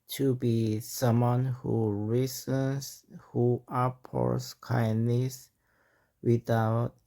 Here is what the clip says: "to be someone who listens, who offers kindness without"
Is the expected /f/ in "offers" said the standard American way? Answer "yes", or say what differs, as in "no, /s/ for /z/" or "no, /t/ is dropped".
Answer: no, /p/ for /f/